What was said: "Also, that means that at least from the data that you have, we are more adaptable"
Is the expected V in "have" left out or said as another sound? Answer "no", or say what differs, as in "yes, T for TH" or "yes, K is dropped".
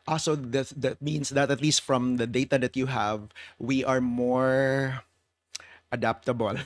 no